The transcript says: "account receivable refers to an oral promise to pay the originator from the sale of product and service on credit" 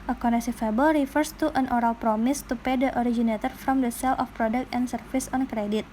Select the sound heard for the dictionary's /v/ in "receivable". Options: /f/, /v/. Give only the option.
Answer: /f/